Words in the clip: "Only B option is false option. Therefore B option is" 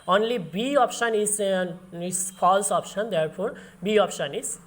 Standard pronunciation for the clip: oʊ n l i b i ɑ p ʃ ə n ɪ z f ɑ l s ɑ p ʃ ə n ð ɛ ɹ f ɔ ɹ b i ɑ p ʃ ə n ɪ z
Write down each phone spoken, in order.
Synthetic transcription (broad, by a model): oʊ n l i b i ɑ p ʃ ə n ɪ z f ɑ l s ɑ p ʃ ə n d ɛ ɹ p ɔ ɹ b i ɑ p ʃ ə n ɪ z